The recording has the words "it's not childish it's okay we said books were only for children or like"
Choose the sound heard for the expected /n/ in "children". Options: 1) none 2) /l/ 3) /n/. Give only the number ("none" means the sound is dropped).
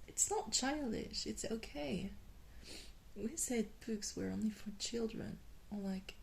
3